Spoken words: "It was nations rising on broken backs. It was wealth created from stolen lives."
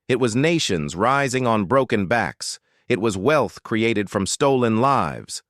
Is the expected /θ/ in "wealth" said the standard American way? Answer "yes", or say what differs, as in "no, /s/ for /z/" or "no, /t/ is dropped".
yes